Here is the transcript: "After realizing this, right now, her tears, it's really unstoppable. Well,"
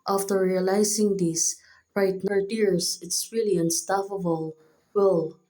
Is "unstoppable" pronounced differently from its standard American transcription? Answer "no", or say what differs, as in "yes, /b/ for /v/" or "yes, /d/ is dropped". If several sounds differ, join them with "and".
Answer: yes, /f/ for /p/